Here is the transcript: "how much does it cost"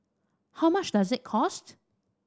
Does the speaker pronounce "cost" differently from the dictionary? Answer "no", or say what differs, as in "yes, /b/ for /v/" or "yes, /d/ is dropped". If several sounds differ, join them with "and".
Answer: no